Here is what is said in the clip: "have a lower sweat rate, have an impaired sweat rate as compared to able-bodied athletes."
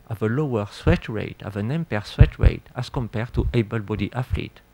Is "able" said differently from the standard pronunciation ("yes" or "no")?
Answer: no